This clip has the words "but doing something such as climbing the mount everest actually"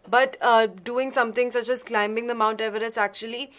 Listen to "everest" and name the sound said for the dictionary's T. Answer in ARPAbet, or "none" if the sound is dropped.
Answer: none